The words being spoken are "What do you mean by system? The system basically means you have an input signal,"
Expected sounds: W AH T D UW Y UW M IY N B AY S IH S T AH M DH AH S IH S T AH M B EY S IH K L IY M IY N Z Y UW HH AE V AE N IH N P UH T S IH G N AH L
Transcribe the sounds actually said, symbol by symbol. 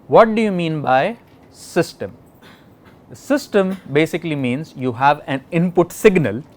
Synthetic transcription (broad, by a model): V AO T D UW Y UW M IY N B AY S IH S T AH M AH S IH S T AH M B EY S IH K L IY M IY N Z Y UW HH AE V AE N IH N P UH T S IH G N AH L